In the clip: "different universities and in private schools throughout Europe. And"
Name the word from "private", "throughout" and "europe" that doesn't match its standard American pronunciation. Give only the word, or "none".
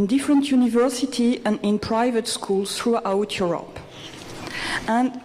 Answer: none